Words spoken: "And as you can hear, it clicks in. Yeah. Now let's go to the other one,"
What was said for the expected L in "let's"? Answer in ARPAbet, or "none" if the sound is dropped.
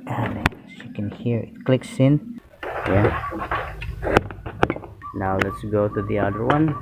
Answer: L